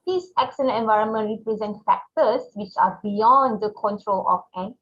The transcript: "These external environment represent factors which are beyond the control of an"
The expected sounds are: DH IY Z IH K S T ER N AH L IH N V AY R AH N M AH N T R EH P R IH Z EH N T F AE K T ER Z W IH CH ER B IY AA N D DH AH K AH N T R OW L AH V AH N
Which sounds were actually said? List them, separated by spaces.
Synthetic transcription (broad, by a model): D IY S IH K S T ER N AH N IH N V AY R AH N M AH N T R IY P R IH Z EH N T F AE K T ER S W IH CH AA B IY AA N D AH K AH N T R OW L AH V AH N